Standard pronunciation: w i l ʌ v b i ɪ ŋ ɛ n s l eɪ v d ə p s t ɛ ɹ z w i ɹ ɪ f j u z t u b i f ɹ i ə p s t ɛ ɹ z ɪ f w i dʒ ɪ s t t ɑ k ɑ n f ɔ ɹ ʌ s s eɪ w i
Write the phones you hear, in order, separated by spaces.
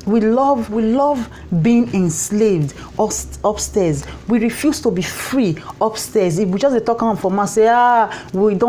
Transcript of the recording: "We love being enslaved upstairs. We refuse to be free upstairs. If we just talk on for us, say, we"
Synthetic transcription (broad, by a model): w i l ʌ v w i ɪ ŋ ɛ n s l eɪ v d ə p s t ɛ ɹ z w i ɹ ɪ f j u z t u b i f ɹ i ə p s t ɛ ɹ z ɪ f w i dʒ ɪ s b t ɑ k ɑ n f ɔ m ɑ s s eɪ w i